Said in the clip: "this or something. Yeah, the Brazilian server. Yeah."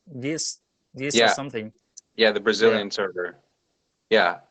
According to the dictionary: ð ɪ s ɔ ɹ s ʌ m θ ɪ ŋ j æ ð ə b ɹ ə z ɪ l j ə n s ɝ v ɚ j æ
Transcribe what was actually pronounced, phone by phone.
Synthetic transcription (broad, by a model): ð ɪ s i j s ʌ m θ ɪ ŋ j æ ð ə b ɹ ə z ɪ l j ə n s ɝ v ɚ j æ